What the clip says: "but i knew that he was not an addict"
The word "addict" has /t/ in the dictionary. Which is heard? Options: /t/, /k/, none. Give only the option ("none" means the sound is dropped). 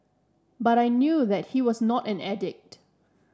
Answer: /t/